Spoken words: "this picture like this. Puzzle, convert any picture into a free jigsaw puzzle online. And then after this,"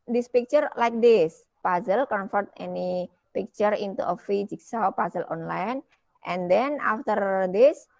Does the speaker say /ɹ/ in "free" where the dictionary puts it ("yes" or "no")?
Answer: no